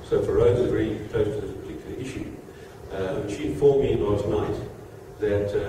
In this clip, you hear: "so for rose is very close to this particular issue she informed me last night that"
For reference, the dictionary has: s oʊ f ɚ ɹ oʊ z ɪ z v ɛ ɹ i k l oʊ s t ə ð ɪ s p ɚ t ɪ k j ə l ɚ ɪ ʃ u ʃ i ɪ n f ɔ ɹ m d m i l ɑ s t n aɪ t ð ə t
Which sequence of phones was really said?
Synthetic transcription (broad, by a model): s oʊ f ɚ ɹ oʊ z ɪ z v ɛ ɹ i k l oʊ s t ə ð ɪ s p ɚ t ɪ k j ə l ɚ ɪ ʃ u ʃ i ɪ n f ɔ ɹ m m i n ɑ t n aɪ t ð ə t